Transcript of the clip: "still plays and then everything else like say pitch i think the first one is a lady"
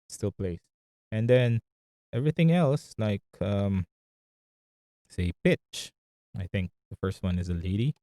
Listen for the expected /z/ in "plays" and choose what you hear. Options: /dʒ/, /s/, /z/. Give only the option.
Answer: /s/